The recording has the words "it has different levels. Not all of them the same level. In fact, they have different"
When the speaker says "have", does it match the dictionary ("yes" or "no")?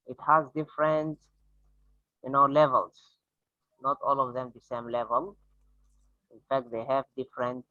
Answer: yes